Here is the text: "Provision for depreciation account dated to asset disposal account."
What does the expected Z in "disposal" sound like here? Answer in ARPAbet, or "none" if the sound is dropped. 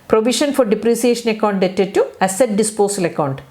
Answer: S